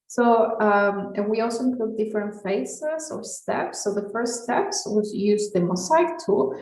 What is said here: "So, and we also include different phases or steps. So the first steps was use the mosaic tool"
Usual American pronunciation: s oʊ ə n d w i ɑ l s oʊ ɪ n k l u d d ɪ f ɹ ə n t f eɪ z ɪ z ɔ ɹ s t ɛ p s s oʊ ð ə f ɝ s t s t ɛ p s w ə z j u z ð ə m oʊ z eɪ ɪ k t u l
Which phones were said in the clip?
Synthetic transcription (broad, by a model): s oʊ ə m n w i ɑ l s oʊ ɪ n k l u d d ɪ f ɹ ə n t f eɪ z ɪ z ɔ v s t ɛ p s s oʊ ð ə f ɝ s t s t ɛ p s w ə z j u z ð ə m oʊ s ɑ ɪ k t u